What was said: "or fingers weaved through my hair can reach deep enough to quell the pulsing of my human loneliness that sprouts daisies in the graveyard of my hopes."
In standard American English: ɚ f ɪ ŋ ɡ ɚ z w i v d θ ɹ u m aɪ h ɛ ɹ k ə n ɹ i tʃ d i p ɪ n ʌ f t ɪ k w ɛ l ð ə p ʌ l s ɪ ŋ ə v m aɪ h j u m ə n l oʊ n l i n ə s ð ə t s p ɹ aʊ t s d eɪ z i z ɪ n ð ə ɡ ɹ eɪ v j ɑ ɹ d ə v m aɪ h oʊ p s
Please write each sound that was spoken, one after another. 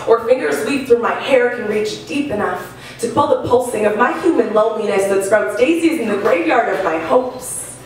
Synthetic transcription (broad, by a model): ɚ f ɪ ŋ ɡ ɚ z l i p θ ɹ u m aɪ h ɛ ɹ k ə n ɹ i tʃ d i p ɪ n ʌ f t ɪ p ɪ l ð ə p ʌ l s ɪ ŋ ə v m aɪ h j u m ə n l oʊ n l i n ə s ð ə t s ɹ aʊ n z d eɪ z i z ɪ n ð ə ɡ ɹ eɪ v j ɑ ɹ d ə v m aɪ h oʊ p s